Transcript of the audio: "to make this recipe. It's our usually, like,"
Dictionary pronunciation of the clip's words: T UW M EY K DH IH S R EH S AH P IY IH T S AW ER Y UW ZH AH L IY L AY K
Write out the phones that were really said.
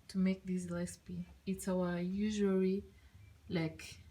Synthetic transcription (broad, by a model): T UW M EY K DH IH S L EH S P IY IH T S AW ER Y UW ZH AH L IY L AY K